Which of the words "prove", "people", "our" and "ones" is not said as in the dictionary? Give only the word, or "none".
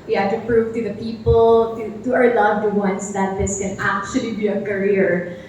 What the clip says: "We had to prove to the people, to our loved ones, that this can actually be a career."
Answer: ones